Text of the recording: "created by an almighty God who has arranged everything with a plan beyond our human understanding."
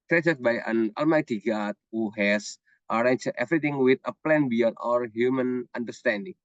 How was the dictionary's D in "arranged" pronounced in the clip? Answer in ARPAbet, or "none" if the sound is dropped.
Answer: none